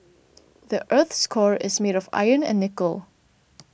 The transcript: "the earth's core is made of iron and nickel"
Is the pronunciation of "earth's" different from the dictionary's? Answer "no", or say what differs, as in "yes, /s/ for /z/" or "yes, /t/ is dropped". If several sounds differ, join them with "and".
no